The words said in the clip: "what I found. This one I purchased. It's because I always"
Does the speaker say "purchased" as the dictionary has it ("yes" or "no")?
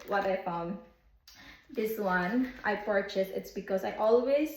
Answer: no